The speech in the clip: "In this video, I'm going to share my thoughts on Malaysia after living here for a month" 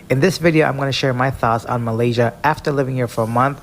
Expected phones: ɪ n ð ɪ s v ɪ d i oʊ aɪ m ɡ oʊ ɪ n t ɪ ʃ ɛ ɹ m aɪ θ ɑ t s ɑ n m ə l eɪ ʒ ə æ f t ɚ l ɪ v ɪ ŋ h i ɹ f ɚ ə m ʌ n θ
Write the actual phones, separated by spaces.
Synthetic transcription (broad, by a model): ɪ n ð ɪ s v ɪ d i oʊ aɪ m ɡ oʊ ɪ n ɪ ʃ ɛ ɹ m aɪ θ ɑ t s n m ə l eɪ ʒ ə æ f t ɚ l ɪ v ɪ ŋ h i ɹ f ɚ ə m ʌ n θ